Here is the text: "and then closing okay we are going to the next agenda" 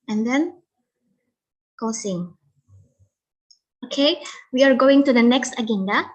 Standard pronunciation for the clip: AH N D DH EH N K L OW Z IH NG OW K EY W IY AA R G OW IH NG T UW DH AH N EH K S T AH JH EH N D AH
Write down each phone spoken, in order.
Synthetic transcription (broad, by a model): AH N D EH N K OW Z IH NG OW K EY W IY AA R G OW IH NG T UW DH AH N EH K S T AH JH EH N D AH